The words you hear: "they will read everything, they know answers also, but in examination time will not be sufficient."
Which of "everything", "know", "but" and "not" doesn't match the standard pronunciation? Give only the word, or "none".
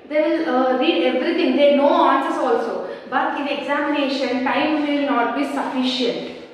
everything